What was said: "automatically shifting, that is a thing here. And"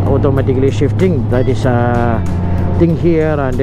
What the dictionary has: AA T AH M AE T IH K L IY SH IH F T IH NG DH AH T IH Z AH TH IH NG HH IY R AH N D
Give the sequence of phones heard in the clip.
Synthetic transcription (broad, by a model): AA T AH M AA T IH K L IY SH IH F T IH NG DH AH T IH S AH T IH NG HH IY R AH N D